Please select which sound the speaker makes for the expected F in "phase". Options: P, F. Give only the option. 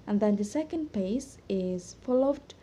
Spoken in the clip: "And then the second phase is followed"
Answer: P